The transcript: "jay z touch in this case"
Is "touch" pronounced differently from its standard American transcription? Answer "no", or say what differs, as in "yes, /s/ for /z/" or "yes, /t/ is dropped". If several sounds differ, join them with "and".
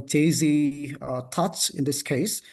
yes, /s/ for /tʃ/